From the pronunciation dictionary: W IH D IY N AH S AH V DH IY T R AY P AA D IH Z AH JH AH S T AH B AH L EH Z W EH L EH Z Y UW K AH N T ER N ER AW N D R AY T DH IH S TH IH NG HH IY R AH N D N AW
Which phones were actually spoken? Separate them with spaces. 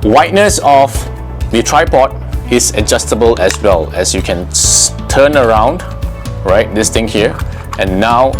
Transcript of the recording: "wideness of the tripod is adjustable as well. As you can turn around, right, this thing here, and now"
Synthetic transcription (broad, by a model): W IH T N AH S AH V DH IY T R AY P AA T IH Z AH JH AH S T AH B AH L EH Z W EH L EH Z Y UW K AH N T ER N ER AW N D R AY T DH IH S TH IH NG HH IY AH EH N AW